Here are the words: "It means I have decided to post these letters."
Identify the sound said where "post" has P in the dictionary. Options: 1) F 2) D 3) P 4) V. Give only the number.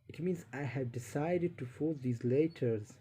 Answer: 1